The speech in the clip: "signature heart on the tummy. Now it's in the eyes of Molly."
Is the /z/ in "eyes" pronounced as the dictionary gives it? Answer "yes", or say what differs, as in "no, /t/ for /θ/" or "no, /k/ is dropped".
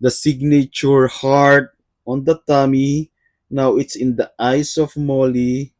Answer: no, /s/ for /z/